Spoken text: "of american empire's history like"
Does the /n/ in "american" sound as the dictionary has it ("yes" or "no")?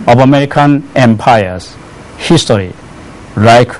yes